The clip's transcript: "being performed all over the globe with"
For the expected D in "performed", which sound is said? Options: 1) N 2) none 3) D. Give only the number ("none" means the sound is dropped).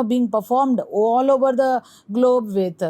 3